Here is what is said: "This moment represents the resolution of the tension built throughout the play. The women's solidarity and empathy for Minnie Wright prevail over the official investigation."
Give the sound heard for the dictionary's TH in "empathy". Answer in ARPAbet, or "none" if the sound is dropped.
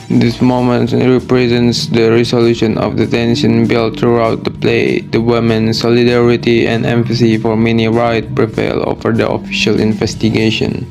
S